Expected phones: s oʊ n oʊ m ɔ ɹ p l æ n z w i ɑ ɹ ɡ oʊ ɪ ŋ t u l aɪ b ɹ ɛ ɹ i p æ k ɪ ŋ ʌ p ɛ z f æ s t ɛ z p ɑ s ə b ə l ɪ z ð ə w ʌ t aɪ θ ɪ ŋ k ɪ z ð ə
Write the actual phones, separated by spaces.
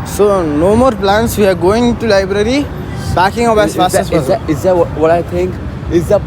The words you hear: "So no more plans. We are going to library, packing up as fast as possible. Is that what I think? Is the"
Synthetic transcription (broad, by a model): s oʊ n oʊ m ɔ ɹ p l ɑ n s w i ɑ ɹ ɡ oʊ ɪ ŋ t u l aɪ b ɹ ɛ ɹ i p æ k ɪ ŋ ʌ b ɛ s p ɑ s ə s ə ɪ z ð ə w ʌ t aɪ t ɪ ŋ k ɪ z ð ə